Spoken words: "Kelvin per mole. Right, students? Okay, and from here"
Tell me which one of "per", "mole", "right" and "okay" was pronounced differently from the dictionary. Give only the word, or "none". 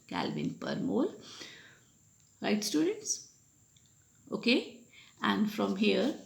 none